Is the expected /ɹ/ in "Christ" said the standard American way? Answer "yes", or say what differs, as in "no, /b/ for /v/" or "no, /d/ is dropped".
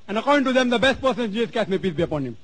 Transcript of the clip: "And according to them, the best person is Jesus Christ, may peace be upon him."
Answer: no, /ɹ/ is dropped